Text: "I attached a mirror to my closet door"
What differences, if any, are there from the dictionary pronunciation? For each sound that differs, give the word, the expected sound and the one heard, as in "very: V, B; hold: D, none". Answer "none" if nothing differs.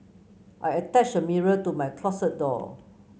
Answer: attached: T, none; closet: Z, S